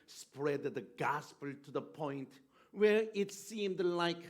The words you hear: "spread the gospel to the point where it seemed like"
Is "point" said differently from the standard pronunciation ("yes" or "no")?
no